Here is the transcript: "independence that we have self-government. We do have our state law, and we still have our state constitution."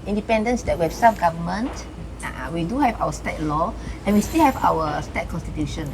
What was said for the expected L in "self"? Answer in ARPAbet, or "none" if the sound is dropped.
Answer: none